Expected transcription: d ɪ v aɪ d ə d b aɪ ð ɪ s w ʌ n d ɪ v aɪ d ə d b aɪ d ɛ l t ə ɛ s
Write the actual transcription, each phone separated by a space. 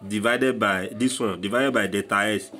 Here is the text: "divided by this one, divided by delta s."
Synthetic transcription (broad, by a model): d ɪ v aɪ d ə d b aɪ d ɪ s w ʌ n d ɪ v aɪ d ə d b aɪ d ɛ t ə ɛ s